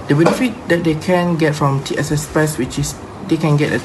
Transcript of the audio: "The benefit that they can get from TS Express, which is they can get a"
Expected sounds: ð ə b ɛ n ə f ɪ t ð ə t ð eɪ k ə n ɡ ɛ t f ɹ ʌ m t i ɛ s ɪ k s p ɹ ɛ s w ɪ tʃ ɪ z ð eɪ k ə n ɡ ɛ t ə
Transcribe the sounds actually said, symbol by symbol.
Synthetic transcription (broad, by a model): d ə b ɛ n ə f ɪ t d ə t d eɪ k ə n ɡ ɛ t f ɹ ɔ m t i ɛ s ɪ s p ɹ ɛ s w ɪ tʃ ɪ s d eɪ k ə n ɡ ɛ t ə